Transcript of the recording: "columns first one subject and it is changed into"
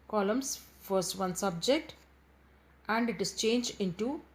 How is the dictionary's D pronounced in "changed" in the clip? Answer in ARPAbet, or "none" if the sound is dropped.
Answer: none